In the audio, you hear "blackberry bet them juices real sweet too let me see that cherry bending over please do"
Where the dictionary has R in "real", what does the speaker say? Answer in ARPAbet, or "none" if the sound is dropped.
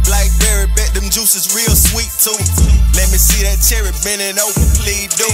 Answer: R